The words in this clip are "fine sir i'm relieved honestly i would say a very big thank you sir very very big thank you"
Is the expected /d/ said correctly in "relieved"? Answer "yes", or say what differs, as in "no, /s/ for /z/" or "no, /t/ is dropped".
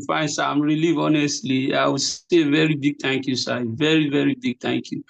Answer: no, /d/ is dropped